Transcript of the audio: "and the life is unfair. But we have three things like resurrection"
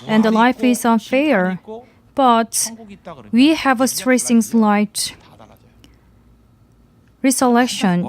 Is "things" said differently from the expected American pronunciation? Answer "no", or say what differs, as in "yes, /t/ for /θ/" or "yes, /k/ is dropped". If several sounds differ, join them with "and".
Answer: yes, /s/ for /θ/